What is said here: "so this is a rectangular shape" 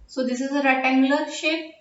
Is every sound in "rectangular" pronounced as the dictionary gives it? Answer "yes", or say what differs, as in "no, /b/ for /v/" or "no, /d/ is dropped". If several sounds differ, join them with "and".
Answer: no, /k/ is dropped